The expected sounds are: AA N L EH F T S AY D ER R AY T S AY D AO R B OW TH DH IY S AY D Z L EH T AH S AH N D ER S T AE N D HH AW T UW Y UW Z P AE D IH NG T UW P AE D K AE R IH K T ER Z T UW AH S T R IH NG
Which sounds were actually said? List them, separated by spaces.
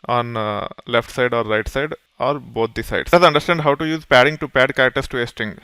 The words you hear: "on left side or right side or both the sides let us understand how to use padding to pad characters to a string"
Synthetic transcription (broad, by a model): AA N L EH F T S AY D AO R AY T S AY D AO R B OW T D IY S AY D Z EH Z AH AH N D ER S T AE N D HH AW T UW Y UW Z P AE D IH NG T UW P AE D K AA IH T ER S T UW AH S T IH NG